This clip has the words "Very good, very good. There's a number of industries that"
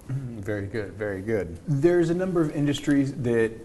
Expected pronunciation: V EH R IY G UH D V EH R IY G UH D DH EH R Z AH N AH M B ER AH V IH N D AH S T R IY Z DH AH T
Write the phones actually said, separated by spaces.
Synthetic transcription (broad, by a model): V EH R IY G UH D V EH R IY G UH D DH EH R Z AH N AH M B ER AH V IH N D AH S T R IY Z DH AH T